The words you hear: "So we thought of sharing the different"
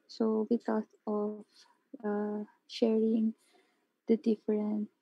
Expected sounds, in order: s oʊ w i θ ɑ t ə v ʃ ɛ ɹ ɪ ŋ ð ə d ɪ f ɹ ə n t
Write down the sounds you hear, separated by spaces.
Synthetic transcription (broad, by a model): s oʊ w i t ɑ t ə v ʃ ɛ ɹ ɪ ŋ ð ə d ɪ f ɹ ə n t